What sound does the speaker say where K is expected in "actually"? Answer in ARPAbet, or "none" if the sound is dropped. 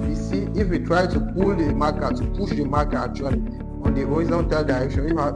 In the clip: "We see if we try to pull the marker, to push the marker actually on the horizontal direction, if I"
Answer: none